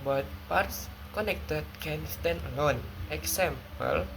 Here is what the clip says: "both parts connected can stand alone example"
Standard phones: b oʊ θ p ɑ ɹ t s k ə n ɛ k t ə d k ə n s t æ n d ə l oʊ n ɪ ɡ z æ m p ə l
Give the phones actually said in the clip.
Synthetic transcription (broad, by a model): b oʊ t p ɑ ɹ t s k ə n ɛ k t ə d k ə n s t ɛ n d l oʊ n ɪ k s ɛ m p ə l